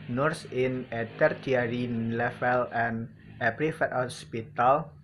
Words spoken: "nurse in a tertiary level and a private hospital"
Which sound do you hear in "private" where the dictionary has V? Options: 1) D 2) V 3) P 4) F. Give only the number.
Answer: 4